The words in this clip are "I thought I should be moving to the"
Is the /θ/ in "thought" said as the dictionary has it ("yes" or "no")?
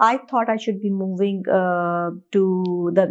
no